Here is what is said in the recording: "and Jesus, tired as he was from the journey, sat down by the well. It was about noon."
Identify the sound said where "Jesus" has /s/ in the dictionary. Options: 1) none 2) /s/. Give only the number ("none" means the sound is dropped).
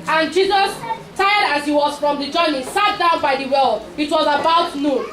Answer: 2